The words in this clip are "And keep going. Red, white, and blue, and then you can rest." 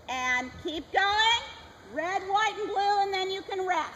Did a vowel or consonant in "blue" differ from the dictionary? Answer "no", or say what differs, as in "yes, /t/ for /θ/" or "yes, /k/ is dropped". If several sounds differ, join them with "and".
no